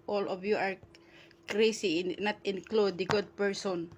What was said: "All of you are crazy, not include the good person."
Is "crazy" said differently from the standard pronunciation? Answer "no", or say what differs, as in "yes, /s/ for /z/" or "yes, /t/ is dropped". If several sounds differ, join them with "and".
yes, /s/ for /z/